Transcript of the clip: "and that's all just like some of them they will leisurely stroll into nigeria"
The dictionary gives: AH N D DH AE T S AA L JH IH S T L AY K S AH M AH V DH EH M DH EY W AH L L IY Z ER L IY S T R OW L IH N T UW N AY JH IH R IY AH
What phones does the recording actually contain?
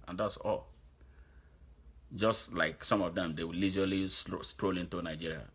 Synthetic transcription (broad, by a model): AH N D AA T S AA L JH IH S T L AY K S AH M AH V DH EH M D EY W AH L L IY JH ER L IY S T R OW L IH N T UW N AY JH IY R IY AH